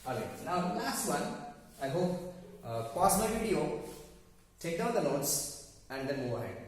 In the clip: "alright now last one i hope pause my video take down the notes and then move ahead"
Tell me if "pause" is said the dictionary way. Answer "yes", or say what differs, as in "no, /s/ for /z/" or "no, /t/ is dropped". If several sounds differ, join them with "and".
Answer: no, /s/ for /z/